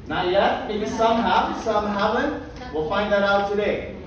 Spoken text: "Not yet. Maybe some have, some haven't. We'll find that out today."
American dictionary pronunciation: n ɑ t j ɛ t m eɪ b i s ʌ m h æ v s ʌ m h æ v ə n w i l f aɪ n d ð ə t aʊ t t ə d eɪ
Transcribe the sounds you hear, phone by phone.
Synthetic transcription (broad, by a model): n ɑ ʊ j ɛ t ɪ i s ʌ m h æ s ʌ m h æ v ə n w i l f aɪ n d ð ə t aʊ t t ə d eɪ